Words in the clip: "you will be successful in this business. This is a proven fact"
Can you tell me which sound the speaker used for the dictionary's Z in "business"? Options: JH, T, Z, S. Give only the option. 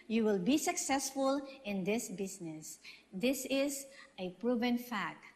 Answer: S